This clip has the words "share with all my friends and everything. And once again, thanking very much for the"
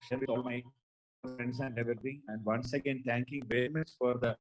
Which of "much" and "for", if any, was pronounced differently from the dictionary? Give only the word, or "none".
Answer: much